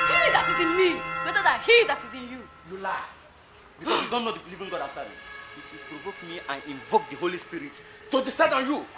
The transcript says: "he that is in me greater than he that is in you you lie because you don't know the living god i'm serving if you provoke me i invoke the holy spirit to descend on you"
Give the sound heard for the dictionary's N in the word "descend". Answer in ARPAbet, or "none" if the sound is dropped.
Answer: none